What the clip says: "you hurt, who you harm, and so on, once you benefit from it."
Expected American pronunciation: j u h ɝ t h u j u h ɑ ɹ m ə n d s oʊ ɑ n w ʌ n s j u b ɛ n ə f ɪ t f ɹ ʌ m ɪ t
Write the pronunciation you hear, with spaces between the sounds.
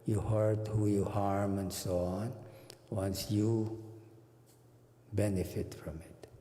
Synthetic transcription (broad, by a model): j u h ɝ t h u j u h ɑ ɹ m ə n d s oʊ ɑ n w ʌ n s j u b ɛ n ə f ɪ t f ɹ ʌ m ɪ t